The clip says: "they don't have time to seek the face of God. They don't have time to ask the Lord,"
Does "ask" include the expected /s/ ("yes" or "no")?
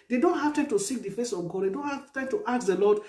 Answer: no